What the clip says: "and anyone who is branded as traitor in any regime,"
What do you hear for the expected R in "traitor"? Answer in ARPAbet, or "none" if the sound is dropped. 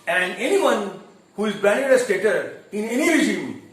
none